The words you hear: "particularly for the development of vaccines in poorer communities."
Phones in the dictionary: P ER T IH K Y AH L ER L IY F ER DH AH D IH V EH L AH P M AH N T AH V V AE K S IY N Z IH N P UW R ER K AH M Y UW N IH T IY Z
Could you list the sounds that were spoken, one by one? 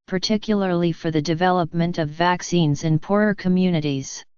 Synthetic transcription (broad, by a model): P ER T IH K Y L ER L IY F ER DH AH D IH V EH L AH P M AH N T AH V V AE K S IY N Z IH N P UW R ER K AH M Y UW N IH T IY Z